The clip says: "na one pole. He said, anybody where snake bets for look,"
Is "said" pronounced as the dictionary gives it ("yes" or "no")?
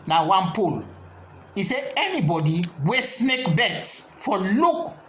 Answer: no